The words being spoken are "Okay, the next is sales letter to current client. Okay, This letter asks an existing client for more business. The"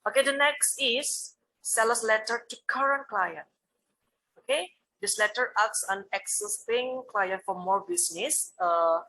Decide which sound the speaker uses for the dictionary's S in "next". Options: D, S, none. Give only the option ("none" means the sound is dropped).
S